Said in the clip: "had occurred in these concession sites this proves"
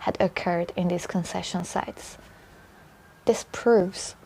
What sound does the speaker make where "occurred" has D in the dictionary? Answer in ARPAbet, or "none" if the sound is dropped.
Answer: D